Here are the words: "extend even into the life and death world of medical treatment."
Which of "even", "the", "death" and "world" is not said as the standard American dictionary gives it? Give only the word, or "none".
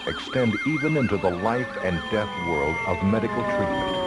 none